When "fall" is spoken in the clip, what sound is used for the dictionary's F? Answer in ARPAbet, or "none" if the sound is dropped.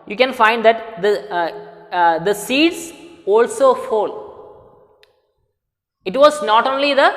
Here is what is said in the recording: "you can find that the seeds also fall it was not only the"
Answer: F